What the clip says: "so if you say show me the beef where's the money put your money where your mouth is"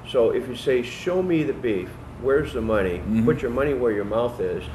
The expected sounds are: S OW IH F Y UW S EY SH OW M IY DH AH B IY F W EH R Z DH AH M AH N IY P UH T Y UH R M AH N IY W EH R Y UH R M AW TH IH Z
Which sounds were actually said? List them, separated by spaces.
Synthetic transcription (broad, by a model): S OW IH F Y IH S EY SH OW M IY DH AH B IY F W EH R Z DH AH M AH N IY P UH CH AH R M AH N IY W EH R Y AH R M AW TH IH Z